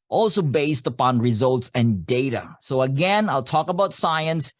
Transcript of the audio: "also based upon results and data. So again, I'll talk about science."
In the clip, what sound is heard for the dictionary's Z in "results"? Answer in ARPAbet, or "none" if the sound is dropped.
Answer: Z